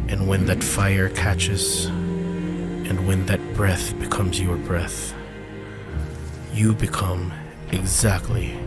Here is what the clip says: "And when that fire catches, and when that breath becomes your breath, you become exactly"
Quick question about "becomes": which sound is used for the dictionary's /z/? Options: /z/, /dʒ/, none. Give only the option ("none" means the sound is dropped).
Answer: /z/